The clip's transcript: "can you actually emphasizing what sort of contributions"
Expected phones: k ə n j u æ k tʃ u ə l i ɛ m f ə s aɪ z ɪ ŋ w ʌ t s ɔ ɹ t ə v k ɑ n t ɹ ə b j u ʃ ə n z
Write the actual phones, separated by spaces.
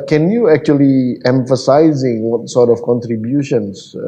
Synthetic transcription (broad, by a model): k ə n j u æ k tʃ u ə l i ɛ m f ə s aɪ z ɪ ŋ w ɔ t s ɔ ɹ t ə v k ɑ n t ɹ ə b j u ʃ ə n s